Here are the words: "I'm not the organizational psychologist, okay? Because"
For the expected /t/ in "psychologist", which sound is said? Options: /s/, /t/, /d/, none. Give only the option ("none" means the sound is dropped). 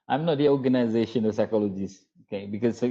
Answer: none